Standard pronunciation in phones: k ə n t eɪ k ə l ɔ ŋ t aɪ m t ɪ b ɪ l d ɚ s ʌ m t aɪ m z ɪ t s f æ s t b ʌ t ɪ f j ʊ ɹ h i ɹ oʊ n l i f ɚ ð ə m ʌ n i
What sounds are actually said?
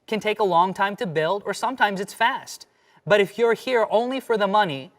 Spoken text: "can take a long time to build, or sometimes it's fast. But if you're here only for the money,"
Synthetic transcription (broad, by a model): k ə n t eɪ k ə l ɔ ŋ t aɪ m t ɪ b ɪ l d ɚ s ʌ m t aɪ m z ɪ t s f æ s t b ʌ t ɪ f j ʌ ɹ h i ɹ oʊ n l i f ɚ ð ə m ʌ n i